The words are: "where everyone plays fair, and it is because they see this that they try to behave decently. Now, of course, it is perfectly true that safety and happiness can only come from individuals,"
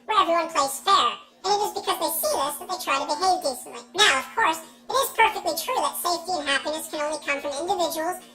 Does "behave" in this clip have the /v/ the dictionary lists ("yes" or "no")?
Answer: yes